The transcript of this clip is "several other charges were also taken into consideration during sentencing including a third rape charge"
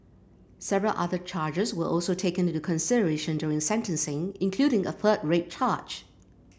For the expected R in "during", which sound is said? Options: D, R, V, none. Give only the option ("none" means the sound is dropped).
R